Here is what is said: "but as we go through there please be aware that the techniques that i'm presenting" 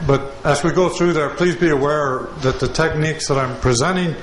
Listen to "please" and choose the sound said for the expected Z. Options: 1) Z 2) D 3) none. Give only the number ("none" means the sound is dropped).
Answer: 1